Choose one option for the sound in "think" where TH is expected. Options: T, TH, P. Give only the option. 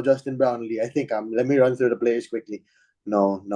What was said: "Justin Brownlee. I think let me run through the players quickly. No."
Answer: T